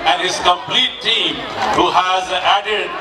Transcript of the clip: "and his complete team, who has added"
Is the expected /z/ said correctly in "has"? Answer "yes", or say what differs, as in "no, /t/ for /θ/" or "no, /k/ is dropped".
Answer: yes